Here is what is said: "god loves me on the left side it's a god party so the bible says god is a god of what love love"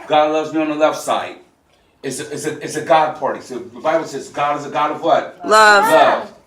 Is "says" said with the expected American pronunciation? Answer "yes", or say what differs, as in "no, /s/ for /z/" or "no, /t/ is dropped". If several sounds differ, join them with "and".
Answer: yes